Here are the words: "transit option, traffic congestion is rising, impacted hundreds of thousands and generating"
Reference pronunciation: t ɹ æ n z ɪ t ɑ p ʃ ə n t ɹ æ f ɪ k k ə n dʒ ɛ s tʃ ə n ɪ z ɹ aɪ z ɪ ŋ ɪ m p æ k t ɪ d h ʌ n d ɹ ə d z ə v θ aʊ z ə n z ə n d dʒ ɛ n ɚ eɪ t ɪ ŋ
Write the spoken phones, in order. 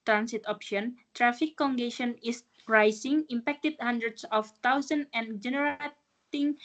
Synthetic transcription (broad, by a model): t ɹ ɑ n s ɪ t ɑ p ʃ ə n t ɹ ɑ f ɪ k k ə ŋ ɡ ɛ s ə n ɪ s ɹ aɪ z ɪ ŋ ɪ m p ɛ k t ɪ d h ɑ n d ɹ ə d s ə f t aʊ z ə n ə n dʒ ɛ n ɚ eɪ t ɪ ŋ